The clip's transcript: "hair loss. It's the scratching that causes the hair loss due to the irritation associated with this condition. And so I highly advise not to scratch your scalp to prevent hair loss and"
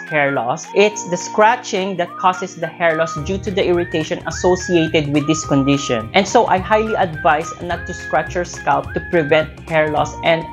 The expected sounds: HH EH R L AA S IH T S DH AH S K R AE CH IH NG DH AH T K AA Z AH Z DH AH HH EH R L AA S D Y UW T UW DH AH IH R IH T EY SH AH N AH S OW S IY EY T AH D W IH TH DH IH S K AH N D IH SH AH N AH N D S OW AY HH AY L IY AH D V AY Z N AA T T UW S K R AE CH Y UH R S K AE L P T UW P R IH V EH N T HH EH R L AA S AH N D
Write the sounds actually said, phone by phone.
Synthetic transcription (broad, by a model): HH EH R L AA S IH T S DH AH S K R AE CH IH NG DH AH T K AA S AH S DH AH HH EH R L AA S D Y UW T UW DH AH IH R IH T EY SH AH N AH S OW S IY EY T AH D W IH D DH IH S K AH N D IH SH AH N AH N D S OW AY HH AY L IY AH D V AY S N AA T T UW S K R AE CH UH R S K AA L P T UW P R IH V EH N T HH EH R L AA S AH N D